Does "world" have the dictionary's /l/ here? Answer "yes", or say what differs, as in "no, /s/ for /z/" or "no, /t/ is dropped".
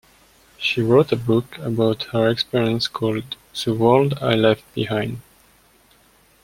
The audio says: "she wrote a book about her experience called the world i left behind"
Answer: yes